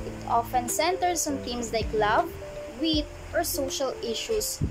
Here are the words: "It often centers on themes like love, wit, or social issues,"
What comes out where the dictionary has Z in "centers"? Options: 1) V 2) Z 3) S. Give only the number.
3